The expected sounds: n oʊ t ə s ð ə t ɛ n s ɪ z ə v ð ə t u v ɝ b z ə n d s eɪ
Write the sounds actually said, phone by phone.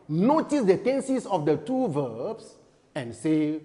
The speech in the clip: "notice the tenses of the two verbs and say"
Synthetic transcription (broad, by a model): n oʊ t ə s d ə t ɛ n s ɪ s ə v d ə t u v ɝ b s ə n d s eɪ